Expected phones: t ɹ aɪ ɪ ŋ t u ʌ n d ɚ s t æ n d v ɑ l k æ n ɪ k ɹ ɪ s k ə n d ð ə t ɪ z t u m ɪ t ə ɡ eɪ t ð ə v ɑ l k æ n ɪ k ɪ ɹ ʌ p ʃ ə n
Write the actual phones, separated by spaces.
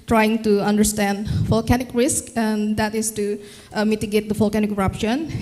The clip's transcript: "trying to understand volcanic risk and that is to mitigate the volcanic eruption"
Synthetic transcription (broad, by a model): t ɹ aɪ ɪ ŋ t u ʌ n d ɚ s t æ n d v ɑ l k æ n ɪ k ɹ ɪ s k ə n d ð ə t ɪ s t u m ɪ t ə ɡ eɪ t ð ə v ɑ l k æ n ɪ k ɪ ɹ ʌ p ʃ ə n